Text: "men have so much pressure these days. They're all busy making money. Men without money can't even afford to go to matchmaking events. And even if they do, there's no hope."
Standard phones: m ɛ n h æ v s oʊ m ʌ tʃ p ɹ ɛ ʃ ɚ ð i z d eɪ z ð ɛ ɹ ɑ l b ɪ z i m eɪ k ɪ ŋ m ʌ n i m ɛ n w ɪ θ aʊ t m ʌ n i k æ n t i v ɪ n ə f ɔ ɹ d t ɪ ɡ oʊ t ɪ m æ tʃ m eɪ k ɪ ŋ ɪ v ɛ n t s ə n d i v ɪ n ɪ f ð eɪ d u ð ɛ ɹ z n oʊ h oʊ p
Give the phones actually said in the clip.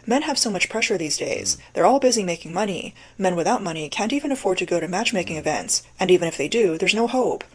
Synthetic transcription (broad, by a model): m ɛ n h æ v s oʊ m ʌ tʃ p ɹ ɛ ʃ ɚ ð i z d eɪ z ð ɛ ɹ ɑ l b ɪ z i m eɪ k ɪ ŋ m ʌ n i m ɛ n w ɪ θ aʊ t m ʌ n i k æ n t i v ɪ n ə f ɔ ɹ d t ɪ ɡ oʊ t ɪ m æ tʃ m eɪ k ɪ ŋ ɪ v ɛ n t s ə n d i v ɪ n ɪ f ð eɪ d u ð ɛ ɹ z n oʊ h oʊ p